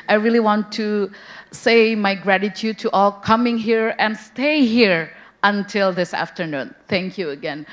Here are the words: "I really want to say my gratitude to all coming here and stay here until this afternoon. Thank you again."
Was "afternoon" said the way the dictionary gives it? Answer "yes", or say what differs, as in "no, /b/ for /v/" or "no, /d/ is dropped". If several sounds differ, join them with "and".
yes